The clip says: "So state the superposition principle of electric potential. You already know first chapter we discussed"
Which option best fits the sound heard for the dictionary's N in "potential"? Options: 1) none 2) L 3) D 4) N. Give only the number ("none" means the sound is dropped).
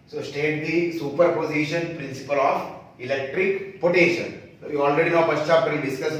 1